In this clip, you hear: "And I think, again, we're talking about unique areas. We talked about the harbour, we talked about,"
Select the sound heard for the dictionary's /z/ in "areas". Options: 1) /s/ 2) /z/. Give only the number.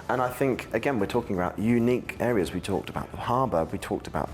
2